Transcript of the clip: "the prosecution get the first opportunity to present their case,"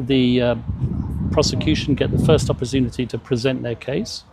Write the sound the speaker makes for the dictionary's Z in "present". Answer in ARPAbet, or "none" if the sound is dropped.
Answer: Z